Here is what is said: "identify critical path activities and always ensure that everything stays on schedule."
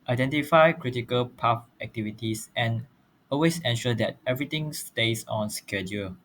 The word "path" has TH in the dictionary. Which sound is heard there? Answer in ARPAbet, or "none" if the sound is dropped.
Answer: F